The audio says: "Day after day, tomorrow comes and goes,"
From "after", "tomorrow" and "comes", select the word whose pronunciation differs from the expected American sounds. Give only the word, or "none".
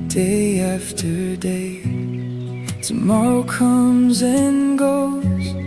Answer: none